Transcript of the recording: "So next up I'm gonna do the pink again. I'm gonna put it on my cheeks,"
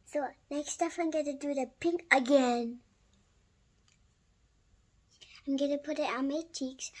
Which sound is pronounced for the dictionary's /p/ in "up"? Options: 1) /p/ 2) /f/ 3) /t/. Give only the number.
2